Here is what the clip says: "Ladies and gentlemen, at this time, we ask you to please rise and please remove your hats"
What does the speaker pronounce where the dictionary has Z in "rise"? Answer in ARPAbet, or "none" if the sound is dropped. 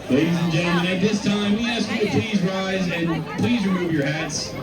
Z